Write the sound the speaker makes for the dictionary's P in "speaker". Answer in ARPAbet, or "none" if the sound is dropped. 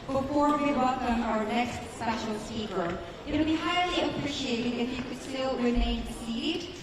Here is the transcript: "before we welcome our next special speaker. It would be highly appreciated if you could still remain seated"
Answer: none